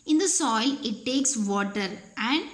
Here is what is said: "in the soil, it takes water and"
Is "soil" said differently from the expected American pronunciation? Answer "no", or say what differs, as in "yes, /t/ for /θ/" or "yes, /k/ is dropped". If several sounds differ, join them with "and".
no